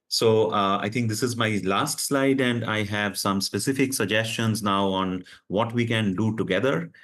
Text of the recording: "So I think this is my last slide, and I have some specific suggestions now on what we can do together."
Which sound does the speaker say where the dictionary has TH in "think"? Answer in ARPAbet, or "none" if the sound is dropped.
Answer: T